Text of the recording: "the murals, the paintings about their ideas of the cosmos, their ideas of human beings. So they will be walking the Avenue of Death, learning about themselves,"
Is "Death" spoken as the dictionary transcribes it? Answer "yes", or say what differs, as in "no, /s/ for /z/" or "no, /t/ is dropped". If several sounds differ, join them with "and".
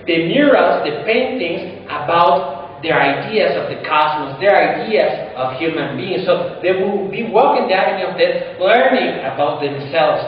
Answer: no, /t/ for /θ/